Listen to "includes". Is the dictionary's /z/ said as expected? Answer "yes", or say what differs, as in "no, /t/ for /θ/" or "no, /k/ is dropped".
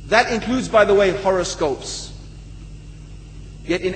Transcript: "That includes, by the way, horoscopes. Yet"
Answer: yes